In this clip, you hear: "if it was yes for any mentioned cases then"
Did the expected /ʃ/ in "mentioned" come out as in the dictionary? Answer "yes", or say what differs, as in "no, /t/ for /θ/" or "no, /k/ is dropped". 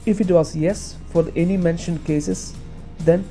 yes